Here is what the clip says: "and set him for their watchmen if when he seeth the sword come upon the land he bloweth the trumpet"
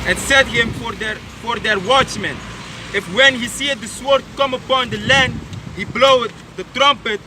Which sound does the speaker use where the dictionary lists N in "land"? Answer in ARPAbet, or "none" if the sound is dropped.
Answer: N